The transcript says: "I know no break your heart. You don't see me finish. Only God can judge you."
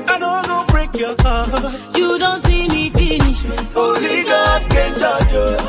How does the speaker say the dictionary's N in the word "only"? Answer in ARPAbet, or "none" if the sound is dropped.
none